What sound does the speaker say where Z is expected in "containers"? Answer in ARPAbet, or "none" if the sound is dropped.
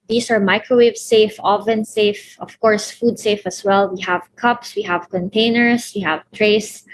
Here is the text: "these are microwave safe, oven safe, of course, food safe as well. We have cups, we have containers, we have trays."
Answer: S